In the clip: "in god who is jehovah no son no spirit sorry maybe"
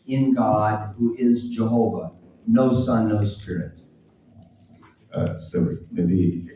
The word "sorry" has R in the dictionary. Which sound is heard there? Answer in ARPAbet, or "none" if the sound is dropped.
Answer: none